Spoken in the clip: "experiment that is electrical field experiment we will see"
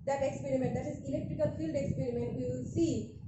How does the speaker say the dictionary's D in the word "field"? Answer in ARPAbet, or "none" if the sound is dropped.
D